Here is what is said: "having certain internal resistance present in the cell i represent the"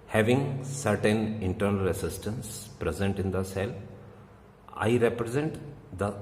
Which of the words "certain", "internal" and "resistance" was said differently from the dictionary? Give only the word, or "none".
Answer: resistance